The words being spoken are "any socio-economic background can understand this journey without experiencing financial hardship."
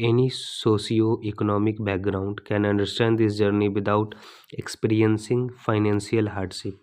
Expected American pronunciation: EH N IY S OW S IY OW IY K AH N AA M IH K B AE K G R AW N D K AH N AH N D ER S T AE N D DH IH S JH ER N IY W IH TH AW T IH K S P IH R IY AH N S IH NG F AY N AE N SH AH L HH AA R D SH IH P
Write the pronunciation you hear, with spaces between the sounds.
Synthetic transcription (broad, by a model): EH N IY S OW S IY OW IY K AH N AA M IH K B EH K G R AW N D K AH N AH N D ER S T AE N D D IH S JH ER N IY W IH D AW T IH K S P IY R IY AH N S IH NG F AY N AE N S AH L HH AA R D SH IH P